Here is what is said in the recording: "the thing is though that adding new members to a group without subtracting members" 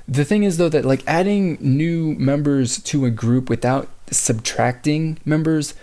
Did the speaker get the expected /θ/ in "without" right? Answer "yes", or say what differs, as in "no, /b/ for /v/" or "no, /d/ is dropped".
yes